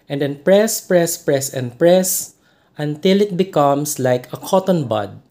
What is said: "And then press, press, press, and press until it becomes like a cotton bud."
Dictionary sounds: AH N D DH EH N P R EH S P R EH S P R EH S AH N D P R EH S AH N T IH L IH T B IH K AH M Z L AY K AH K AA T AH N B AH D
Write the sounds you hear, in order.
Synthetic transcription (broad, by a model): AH N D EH N P R EH S P R EH S P R EH S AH N P R EH S AH N T IH L IH T B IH K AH M S L AY K AH K AA T AH N B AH D